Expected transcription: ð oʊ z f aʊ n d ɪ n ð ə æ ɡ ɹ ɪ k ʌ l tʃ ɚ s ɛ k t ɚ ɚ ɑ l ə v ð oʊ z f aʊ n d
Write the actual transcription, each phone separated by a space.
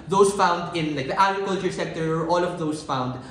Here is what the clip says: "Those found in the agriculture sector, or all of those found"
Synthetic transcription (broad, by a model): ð oʊ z f aʊ n d ɪ n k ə æ ɡ ɹ ɪ k ʌ l tʃ ɚ s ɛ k t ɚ ɚ ɑ l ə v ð oʊ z f aʊ n d